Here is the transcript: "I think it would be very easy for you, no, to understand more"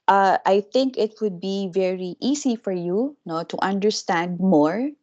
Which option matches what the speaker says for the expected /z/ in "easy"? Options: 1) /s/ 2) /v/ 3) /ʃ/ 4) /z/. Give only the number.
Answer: 1